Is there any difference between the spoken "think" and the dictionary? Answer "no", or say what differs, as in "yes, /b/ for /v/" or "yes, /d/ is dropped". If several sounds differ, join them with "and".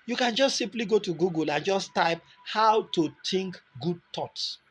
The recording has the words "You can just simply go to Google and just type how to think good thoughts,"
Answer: yes, /t/ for /θ/